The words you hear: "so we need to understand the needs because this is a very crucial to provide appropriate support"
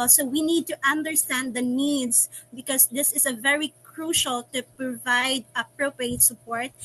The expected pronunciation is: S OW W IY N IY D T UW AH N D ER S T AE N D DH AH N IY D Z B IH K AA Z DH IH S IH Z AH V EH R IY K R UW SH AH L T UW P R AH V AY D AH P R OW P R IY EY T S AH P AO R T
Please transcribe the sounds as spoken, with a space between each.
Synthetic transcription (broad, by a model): S OW W IY N IY D T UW AH N D ER S T AE N D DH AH N IY D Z B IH K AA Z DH IH S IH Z AH V EH R IY K R UW SH AH L T UW P R AH V AY D AH P R OW P R IY EY T S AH P AO R T